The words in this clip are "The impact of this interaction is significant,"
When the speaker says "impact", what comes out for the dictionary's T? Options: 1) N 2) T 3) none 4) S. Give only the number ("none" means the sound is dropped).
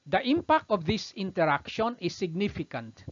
2